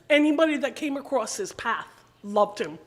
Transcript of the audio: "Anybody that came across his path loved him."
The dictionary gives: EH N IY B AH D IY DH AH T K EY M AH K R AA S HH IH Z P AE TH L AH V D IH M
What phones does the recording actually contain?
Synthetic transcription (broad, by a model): EH N IY B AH D IY DH AH T K EY M AH K R AA S HH IH Z P AE TH L AH V D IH M